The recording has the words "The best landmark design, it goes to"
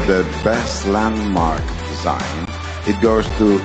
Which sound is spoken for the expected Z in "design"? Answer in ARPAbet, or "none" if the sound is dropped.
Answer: Z